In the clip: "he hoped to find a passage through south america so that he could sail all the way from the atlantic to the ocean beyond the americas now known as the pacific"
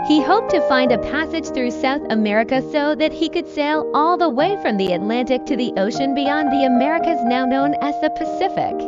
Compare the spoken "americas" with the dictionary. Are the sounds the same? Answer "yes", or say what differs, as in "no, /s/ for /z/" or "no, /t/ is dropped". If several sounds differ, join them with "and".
yes